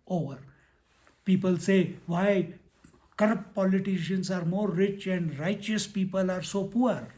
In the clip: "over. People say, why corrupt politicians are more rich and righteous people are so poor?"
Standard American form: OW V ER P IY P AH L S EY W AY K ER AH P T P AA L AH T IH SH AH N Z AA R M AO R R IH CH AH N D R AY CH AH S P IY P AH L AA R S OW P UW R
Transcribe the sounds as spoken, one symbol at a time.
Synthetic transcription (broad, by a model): OW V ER P IY P AH L S EY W AY K ER AH P T P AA L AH T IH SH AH N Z AA R M AO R R IH CH AH N D R AY CH AH S P IY P AH L AA R S OW P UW R